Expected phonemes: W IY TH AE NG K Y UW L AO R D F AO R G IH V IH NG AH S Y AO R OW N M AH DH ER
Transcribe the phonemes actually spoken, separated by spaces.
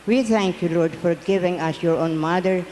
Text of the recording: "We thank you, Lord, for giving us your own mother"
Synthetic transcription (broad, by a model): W IY T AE NG K Y UW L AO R D F AO R G IH V IH NG AH S Y AO R OW N M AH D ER